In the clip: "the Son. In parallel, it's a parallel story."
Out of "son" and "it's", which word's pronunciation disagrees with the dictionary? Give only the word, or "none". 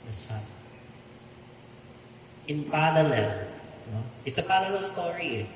son